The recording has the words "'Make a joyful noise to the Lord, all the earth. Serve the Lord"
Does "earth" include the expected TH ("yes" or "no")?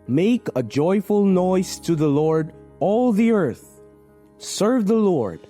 yes